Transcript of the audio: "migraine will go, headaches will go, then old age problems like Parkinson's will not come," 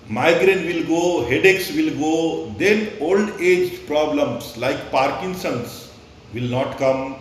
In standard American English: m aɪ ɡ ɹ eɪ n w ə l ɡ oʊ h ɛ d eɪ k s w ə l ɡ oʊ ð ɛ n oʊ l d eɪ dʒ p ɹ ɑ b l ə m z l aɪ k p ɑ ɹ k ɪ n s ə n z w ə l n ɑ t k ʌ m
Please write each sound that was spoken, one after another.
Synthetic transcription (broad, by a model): m aɪ ɡ ɹ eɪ n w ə l ɡ oʊ h ɛ d eɪ k s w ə l ɡ oʊ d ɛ n oʊ l d eɪ dʒ p ɹ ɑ b l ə m s l aɪ k p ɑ ɹ k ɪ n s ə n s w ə l n ɑ t k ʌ m